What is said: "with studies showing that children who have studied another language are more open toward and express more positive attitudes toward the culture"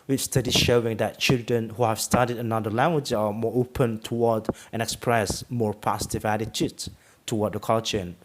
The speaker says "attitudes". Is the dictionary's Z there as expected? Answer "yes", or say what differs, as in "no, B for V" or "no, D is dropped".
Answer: no, Z is dropped